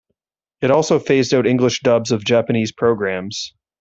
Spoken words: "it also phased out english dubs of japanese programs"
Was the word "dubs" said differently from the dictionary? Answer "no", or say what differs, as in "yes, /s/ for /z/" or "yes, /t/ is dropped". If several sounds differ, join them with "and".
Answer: no